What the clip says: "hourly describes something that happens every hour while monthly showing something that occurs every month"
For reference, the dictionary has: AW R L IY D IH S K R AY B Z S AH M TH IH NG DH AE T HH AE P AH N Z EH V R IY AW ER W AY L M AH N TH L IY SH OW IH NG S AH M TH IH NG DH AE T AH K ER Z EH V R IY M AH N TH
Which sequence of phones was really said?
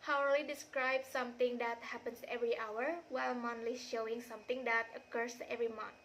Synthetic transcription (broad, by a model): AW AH L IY D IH S K R AY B S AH M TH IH NG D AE T HH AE P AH N S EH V R IY AW ER W AY L M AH N T L IY SH OW IH NG S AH M T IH NG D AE T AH K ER S EH V R IY M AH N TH